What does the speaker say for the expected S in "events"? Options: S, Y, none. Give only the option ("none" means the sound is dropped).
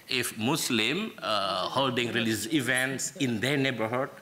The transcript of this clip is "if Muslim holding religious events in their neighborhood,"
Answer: S